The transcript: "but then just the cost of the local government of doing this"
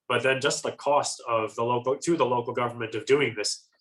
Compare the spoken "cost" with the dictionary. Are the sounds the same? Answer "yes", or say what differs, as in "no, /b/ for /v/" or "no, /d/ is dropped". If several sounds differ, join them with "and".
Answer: yes